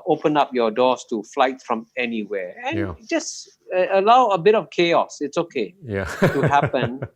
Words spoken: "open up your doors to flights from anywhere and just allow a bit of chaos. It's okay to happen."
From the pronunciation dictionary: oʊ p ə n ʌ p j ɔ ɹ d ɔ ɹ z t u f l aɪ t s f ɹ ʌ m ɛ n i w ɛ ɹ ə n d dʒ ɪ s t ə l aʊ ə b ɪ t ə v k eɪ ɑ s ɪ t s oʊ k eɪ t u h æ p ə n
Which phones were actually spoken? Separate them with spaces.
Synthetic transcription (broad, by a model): oʊ p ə n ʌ p j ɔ d ɔ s t u f l aɪ t f ɹ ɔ m ɛ n i w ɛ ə n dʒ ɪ s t ə l aʊ ə b ɪ t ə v k eɪ ɑ s ɪ t s oʊ k eɪ t u h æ p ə n